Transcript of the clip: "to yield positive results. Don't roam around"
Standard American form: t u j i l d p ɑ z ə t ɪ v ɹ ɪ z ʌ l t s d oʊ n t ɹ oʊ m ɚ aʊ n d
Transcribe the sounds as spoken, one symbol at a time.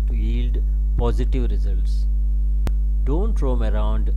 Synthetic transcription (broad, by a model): t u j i l d p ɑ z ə t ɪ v ɹ ɪ z ʌ l t s d oʊ n t ɹ oʊ m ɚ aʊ n d